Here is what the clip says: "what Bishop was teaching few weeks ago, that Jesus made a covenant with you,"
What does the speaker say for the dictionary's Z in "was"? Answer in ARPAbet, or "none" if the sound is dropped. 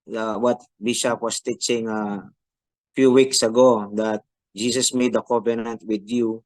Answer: S